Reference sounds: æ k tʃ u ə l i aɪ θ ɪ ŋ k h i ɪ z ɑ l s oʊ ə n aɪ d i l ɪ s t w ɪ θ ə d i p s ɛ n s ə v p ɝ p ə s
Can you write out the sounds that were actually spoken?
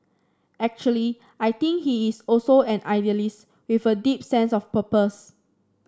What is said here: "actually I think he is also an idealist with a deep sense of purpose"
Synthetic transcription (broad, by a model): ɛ k tʃ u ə l i aɪ t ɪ ŋ k h i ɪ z ɑ l s oʊ ə n aɪ d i l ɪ s t w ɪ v ə d i p s ɛ n s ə f p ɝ p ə s